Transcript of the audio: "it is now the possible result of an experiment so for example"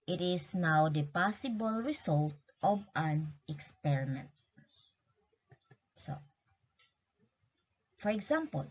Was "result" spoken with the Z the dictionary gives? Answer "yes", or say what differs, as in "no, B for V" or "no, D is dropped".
no, S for Z